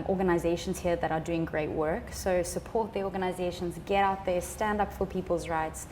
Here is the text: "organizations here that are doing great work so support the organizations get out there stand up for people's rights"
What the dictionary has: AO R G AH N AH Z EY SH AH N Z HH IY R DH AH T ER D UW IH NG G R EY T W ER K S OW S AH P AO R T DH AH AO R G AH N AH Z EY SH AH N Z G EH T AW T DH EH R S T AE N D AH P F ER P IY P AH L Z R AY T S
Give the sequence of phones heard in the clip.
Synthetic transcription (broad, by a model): AO R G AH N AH Z EY SH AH N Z HH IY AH DH AH T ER D UW IH NG G R EY T W ER K S OW S AH P AO R T DH AH AO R G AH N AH Z EY SH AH N Z G EH T AW T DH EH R S T AE N D AH P F ER P IY P AH L Z R AY T S